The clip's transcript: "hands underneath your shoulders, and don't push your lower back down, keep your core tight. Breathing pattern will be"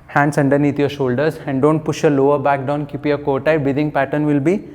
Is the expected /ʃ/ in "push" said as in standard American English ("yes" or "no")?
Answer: yes